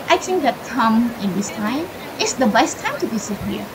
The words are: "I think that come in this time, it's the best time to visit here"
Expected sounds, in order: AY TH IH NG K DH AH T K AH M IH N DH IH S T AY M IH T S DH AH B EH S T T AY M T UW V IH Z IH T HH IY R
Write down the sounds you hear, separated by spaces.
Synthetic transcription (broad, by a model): AY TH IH NG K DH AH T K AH M IH N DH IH S T AY M IH T S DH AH B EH S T T AY M T UW B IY S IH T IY